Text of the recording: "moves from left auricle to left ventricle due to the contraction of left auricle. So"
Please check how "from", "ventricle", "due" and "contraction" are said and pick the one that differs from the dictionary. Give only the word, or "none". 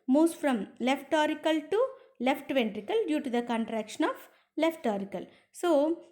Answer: none